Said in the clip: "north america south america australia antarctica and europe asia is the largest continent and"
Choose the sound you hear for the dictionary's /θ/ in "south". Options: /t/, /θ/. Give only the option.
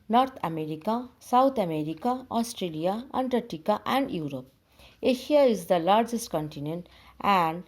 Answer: /t/